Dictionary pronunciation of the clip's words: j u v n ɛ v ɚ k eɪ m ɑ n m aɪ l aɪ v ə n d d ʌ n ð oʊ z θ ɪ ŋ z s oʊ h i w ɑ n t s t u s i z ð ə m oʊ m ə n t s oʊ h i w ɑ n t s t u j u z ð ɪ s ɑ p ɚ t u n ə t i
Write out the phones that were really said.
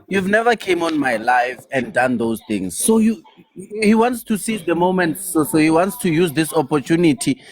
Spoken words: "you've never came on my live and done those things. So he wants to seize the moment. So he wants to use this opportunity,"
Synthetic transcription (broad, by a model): j u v n ɛ v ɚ k eɪ m ɑ n m aɪ l aɪ f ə n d d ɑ n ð oʊ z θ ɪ ŋ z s oʊ h i w ɑ n t s t u s i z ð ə m oʊ m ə n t s oʊ h i w ɑ n t s t u j u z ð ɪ s ɑ p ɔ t u n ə t i